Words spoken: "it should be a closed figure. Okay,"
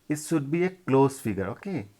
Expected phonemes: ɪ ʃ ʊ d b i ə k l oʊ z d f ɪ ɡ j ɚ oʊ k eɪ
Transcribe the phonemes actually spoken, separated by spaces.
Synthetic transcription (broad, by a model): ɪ s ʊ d b i ə k l oʊ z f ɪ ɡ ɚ oʊ k eɪ